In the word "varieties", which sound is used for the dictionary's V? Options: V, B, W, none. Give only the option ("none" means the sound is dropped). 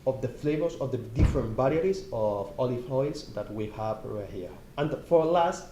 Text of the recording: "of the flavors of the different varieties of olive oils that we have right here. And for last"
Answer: B